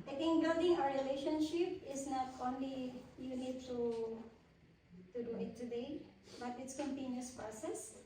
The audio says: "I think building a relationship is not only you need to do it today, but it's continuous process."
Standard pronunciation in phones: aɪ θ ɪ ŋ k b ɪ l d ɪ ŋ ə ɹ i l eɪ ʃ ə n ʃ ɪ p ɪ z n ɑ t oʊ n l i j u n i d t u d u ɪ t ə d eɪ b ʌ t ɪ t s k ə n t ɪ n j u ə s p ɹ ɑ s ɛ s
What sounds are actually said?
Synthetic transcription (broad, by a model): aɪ t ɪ ŋ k b ɪ l d ɪ ŋ ə ɹ i l eɪ ʃ ə n ʃ ɪ p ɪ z n ɑ t oʊ n l i j u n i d t u d u ɪ t ə d eɪ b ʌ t ɪ t s k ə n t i n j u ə s p ɹ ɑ s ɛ s